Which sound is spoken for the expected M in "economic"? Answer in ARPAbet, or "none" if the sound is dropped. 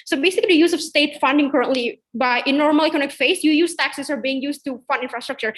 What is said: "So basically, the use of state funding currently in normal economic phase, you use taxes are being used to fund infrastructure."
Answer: none